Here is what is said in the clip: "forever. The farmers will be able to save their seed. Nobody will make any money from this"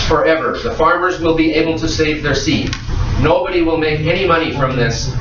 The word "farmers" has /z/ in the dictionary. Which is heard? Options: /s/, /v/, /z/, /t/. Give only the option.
/z/